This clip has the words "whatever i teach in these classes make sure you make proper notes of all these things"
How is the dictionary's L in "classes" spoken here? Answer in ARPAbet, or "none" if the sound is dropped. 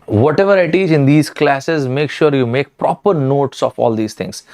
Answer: L